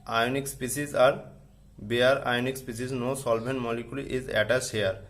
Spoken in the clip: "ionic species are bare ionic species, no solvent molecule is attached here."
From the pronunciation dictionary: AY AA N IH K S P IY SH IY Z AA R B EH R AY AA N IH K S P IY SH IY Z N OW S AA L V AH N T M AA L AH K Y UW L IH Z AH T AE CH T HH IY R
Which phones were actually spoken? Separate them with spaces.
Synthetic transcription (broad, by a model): AY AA N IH K S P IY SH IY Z AA R B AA R AY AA N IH K S P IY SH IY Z N OW S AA L B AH N M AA L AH K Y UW L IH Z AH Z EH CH T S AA R